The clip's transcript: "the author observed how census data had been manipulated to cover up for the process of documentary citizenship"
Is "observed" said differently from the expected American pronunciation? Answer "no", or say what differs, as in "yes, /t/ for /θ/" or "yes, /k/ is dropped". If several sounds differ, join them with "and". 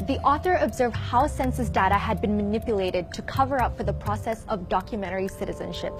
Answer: no